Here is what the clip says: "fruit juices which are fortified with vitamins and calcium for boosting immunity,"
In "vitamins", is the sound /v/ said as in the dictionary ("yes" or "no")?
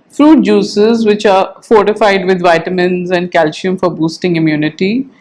yes